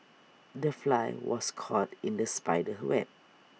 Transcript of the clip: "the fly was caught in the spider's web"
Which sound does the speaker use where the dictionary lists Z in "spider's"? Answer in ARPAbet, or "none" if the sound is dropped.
none